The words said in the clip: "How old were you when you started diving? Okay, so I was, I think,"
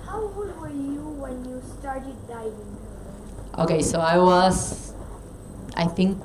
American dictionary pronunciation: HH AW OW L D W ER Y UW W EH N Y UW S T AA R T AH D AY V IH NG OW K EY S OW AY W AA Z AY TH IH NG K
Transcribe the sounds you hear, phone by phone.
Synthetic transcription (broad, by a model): HH AW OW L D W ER Y UW W EH N Y UW S T AA R T AH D AY IH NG OW K EY S OW AY W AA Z AY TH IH NG K